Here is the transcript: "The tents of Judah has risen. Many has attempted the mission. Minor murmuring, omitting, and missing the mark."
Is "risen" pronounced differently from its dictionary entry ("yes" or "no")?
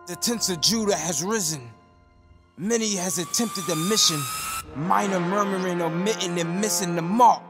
no